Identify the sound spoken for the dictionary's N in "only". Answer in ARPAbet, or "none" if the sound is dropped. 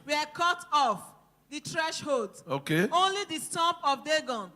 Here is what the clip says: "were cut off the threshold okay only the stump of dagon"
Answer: N